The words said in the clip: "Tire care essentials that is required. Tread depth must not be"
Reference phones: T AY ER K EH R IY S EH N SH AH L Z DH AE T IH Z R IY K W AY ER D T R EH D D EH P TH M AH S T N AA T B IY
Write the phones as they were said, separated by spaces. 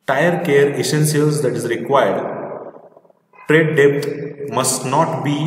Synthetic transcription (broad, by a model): T AY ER K EH R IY S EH N S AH L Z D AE T IH Z R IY K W AY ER D T R EH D D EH P T M AH S T N AA T B IY